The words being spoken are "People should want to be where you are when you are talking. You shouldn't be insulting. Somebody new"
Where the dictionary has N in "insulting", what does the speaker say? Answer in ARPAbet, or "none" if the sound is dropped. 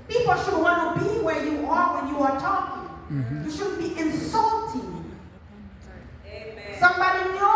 N